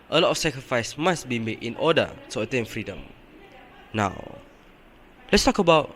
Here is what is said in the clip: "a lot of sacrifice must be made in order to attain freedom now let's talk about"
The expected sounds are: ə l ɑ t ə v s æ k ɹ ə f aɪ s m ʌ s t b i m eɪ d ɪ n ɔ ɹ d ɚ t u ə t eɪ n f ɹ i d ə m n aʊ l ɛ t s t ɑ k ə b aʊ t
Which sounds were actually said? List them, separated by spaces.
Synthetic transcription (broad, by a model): ə l ɑ t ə f s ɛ k ɹ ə f aɪ s m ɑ s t b i m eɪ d ɪ n ɔ d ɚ t u ə t eɪ n f ɹ i d ə m n aʊ l ɛ t s t ɑ k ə b aʊ t